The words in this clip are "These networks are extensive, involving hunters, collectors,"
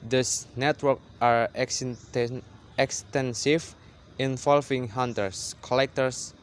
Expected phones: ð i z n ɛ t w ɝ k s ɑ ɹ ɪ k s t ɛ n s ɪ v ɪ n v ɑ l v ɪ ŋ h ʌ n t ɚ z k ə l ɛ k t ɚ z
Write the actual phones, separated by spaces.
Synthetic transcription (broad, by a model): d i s n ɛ t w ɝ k ɑ ɹ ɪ k s t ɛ n s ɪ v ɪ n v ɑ l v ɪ ŋ h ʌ n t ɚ s k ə l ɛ k t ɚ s